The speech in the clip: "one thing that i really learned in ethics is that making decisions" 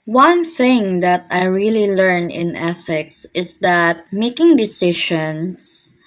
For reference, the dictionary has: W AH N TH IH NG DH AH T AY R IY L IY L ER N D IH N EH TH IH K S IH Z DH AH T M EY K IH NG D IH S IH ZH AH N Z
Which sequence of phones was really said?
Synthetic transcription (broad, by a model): W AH N TH IH NG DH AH T AY R IY L IY L ER N IH N EH TH IH K S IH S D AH T M EY K IH NG D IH S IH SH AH N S